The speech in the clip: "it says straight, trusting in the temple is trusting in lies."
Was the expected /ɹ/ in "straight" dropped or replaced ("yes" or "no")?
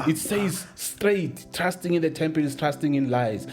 no